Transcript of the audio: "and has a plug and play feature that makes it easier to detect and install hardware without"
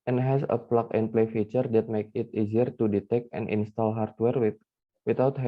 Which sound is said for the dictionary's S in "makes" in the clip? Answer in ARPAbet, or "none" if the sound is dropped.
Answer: none